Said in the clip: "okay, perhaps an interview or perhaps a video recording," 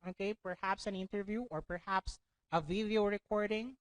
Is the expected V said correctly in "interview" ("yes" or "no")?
yes